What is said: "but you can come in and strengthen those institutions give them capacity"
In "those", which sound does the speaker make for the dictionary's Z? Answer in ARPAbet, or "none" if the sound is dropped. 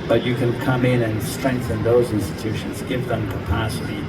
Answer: Z